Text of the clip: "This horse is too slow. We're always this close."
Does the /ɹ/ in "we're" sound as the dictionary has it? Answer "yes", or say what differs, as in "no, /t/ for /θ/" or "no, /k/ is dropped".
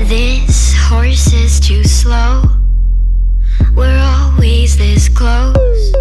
yes